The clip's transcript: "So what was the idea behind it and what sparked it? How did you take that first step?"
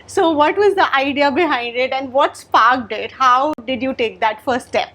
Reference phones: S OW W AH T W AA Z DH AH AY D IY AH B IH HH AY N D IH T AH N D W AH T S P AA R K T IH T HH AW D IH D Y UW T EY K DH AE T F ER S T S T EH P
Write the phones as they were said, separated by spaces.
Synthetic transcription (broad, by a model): S OW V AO T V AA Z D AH AY D IY AH B IH HH AY N D IH T AH N D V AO T S P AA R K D IH T HH AW D IH D Y UW T EY K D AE T F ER T S T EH P